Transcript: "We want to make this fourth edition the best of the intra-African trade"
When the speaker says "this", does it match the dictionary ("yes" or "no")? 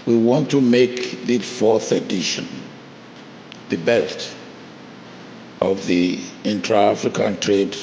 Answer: no